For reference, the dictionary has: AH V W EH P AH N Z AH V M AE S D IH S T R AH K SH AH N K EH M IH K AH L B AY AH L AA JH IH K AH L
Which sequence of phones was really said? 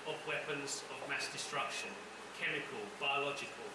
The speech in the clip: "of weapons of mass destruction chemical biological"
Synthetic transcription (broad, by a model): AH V W EH P AH N Z AH V M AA S D IH S T R AH K SH AH N K EH M IH K AH L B AY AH L AA JH IH K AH L